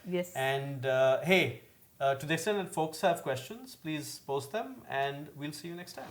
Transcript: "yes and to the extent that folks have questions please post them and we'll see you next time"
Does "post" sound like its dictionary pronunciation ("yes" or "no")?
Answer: yes